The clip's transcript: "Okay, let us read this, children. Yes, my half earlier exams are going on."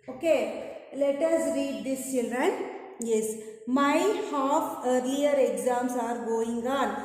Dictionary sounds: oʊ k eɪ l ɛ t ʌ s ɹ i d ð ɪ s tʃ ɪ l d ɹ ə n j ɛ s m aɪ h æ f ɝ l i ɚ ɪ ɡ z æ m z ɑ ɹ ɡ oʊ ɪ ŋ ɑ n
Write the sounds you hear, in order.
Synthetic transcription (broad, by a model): oʊ k eɪ l ɛ t ʌ s ɹ i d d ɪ s tʃ ɪ l d ɹ ə n j ɛ s m aɪ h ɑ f ɝ l i ɚ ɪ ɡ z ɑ m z ɑ ɹ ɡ oʊ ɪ ŋ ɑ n